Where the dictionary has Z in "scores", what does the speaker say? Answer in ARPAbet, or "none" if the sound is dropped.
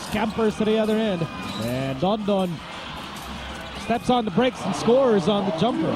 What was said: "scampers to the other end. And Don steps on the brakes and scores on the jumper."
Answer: Z